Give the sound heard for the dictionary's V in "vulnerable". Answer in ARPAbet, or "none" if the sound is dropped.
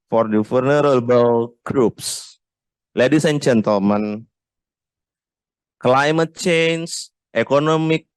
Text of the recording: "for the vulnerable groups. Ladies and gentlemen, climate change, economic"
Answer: F